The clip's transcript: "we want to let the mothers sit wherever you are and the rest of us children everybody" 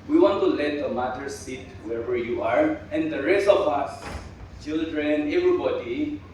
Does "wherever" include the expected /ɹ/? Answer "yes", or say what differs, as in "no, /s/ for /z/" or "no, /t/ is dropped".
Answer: no, /w/ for /ɹ/